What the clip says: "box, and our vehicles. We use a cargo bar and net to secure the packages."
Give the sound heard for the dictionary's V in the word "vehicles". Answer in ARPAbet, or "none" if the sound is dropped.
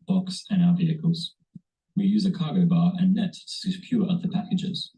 V